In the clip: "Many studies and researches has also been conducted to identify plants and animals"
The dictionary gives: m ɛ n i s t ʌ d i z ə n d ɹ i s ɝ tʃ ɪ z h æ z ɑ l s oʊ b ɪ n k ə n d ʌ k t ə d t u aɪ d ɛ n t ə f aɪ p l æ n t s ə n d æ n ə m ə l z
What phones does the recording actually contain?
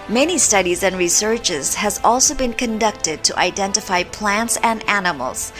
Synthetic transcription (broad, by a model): m ɛ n i s t ʌ d i z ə n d ɹ i s ɝ tʃ ɪ z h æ z ɑ l s oʊ b ɪ n k ə n d ʌ k t ə d t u aɪ d ɛ n t ə f aɪ p l æ n t s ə n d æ n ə m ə l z